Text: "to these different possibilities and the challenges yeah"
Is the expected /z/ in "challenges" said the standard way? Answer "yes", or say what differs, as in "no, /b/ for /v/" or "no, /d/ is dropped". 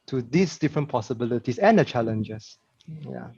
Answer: no, /s/ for /z/